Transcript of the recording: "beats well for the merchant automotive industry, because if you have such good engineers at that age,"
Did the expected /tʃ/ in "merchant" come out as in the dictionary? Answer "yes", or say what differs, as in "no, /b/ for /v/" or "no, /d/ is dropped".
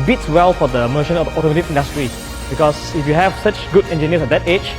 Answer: no, /ʃ/ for /tʃ/